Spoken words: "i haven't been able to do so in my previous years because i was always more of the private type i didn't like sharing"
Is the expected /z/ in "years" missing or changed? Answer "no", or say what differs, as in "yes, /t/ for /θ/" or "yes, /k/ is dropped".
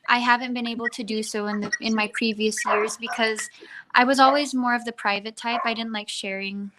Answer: no